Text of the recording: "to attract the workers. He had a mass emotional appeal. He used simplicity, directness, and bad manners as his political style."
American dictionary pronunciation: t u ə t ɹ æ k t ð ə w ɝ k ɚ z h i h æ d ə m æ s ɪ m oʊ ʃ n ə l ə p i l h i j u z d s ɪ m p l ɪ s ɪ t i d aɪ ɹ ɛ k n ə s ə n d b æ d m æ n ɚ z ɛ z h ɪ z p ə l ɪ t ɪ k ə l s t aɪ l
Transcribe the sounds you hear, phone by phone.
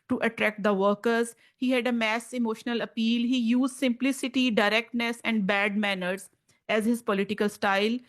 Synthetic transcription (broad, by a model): t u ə t ɹ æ k t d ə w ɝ k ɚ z h i h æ d ə m æ s ɪ m oʊ ʃ n ə l ə p i l h i j u z d s ɪ m p l ɪ s ɪ t i d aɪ ɹ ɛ k n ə s ə n d b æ d m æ n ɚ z ɛ z h ɪ z p ə l ɪ t ɪ k ə l s t aɪ l